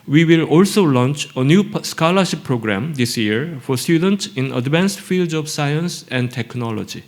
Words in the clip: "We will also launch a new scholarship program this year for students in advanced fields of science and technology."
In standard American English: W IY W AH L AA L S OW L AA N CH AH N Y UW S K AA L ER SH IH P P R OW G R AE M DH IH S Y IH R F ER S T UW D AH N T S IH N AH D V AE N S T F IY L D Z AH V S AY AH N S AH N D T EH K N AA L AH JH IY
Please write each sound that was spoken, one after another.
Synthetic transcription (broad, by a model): W IY W AH L AA L S OW L AA N CH AH N Y UW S K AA L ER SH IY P P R OW G R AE M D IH S Y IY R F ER S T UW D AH N T S IH N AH D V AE N S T F IY L D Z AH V S AY AH N S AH N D T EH K N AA L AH JH IY